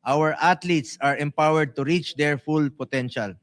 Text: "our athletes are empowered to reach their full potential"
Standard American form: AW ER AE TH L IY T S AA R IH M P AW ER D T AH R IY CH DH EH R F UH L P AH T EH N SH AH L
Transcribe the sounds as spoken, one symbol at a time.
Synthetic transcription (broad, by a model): AW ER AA T L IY T S AA R IH M P AW ER D T AH R IY CH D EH R F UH L P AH T EH N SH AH L